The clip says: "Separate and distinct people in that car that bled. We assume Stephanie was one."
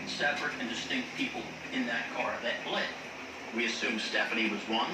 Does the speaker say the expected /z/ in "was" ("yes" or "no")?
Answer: yes